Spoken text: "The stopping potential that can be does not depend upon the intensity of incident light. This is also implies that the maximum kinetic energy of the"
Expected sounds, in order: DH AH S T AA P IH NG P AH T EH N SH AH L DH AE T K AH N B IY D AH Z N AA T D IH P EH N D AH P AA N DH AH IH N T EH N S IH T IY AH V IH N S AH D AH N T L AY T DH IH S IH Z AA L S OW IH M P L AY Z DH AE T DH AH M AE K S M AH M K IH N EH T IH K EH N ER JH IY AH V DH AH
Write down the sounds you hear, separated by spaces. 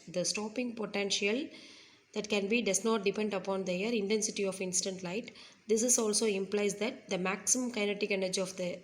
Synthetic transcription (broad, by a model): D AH S T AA P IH NG P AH T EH N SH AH L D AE T K AH N B IY D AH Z N AA T D IH P EH N D AH P AA N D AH IH N T EH N S IH T IY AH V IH N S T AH N T L AY T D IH S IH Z AA L S OW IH M P L AY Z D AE T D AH M AE K S M AH M K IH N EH T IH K EH N ER JH IY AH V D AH